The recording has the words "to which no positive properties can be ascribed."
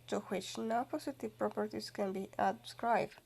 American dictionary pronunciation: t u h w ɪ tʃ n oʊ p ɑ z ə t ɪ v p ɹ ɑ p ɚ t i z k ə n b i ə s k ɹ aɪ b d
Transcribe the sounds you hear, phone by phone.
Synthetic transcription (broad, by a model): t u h w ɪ tʃ n oʊ p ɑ s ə t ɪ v p ɹ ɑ p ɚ t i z k ə n b i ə s k ɹ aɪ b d